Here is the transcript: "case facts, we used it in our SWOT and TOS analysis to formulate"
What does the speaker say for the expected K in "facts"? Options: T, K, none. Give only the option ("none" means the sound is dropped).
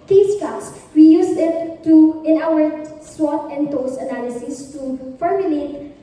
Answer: none